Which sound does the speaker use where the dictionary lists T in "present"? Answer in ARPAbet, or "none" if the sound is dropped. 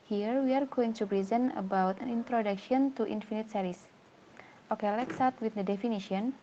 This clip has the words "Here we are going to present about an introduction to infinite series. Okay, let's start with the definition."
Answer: none